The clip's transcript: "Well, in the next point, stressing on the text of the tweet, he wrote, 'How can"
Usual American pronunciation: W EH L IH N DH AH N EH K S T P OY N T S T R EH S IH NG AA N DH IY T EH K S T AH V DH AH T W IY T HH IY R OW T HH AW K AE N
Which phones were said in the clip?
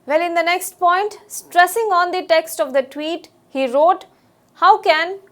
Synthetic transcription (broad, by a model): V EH L IH N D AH N EH K S T P OY N T S T R EH S IH NG AA N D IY T EH K S T AH V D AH T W IY T HH IY R OW T HH AW K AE N